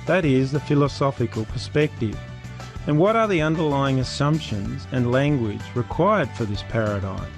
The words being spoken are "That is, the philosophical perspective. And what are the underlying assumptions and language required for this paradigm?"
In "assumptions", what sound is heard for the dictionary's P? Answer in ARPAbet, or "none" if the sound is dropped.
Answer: P